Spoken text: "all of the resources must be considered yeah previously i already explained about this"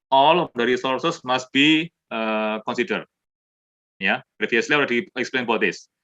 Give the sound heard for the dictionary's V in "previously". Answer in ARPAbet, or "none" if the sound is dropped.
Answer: F